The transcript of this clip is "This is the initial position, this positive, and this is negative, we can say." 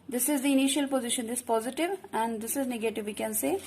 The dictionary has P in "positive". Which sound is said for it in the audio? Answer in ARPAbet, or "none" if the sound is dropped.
P